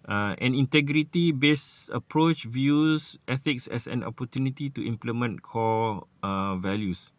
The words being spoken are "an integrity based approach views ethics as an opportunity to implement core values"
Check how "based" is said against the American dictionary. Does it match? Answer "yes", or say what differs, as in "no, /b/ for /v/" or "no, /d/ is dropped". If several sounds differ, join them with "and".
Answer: no, /t/ is dropped